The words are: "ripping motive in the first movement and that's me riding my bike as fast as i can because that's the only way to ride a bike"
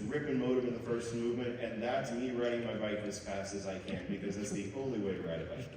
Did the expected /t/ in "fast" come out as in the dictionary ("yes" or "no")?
yes